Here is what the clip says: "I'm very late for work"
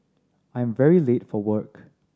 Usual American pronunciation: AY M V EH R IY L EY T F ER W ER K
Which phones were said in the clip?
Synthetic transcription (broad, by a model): AY M V EH R IY L EY T F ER W ER K